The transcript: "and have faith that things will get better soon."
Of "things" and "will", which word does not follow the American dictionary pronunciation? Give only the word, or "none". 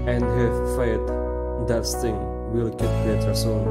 things